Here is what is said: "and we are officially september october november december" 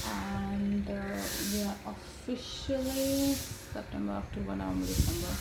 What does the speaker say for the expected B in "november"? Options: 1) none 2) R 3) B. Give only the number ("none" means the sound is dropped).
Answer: 1